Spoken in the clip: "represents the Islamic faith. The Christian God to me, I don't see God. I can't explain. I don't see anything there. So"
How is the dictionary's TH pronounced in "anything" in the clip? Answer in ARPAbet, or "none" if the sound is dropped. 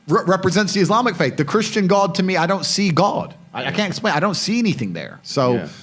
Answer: TH